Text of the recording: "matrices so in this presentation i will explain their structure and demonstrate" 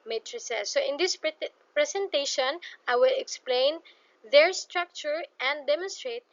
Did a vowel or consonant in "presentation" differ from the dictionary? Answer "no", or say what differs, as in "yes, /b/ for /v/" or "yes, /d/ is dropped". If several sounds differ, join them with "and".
yes, /s/ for /z/